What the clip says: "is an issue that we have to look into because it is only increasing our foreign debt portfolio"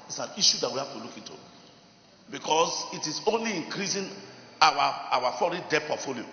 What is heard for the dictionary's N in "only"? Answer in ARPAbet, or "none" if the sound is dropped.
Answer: N